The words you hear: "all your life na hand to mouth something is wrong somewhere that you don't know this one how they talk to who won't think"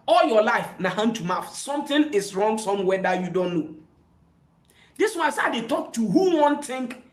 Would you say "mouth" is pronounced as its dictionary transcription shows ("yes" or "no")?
no